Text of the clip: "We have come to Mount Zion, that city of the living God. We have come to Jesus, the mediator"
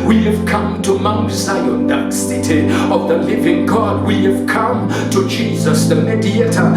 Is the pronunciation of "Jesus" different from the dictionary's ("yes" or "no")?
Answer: no